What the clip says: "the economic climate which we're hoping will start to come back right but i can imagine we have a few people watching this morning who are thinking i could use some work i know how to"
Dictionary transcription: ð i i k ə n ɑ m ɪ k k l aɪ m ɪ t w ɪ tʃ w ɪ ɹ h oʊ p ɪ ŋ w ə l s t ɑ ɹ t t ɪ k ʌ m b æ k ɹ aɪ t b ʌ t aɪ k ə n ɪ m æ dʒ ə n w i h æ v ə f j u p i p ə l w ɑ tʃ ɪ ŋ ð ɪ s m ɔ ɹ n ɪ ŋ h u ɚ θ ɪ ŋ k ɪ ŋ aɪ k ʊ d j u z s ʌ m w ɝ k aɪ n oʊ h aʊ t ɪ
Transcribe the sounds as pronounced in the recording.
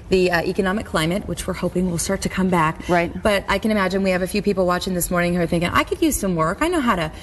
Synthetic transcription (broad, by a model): ð i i k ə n ɑ m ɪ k k l aɪ m ɪ t w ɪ tʃ w ɪ ɹ h oʊ p ɪ ŋ w ə l s t ɑ ɹ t t ɪ k ʌ m b æ k ɹ aɪ t b ʌ t aɪ k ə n ɪ m æ dʒ ə n w i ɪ v ə f j u p i p l w ɑ tʃ ɪ ŋ ð ɪ s m ɔ ɹ n ɪ ŋ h ɚ θ ɪ ŋ k ɪ ŋ aɪ k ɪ d j u z s ʌ m w ɝ k aɪ n oʊ h aʊ t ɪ